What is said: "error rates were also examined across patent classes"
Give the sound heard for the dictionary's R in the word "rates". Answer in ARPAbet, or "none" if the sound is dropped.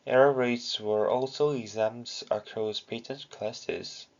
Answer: R